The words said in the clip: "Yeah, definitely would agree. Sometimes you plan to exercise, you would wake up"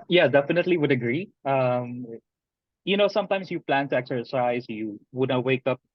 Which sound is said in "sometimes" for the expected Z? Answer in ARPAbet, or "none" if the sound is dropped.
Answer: S